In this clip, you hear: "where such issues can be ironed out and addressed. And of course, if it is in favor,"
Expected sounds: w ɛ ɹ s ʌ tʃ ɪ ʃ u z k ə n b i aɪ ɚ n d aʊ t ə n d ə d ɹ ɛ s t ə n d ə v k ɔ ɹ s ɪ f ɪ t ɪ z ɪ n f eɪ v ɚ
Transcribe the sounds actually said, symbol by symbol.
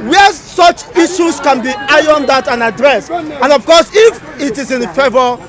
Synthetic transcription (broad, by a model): w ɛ s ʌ tʃ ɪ ʃ u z k ə n b i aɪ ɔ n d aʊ t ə n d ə d ɹ ɛ s ə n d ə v k ɔ s ɪ f ɪ t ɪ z ɪ n f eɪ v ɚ